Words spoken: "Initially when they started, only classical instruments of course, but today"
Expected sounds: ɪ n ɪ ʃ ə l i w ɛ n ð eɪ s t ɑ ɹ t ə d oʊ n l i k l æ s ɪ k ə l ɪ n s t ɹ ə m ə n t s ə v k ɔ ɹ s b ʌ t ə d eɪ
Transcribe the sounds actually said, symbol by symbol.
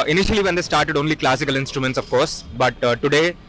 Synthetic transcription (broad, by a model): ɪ n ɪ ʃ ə l i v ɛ n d eɪ s t ɑ ɹ t ə d oʊ n l i k l æ s ɪ k ə l ɪ n s t ɹ ə m ə n t s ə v k ɔ ɹ s b ʌ t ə d eɪ